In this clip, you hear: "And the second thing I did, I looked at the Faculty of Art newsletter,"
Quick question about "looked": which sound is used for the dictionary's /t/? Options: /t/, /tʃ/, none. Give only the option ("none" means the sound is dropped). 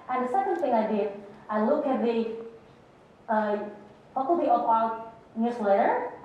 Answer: none